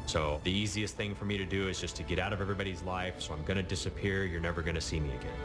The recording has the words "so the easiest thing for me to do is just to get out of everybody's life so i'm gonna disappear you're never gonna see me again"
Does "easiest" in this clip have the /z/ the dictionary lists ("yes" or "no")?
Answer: yes